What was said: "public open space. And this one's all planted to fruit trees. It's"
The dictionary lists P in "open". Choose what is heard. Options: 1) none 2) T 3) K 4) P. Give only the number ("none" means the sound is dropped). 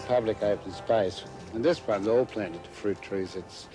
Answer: 1